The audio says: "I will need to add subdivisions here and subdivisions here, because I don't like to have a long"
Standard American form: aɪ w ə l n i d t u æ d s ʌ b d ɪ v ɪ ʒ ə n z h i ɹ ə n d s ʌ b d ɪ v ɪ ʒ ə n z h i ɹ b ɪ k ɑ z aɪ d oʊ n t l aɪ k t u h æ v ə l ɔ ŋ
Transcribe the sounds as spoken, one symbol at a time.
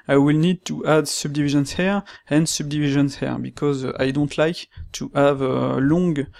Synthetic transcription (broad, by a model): aɪ w ə l n i d t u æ d s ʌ b d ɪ v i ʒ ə n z h i ɹ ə n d s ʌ b d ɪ v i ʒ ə n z h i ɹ b ɪ k ɑ z aɪ d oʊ n t l aɪ k t u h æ v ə l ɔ ŋ